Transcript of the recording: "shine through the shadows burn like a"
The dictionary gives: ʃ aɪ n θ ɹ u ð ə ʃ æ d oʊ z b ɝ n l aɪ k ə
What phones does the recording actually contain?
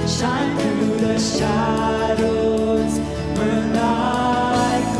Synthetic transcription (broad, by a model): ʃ aɪ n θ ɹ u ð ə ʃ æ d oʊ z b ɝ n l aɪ ə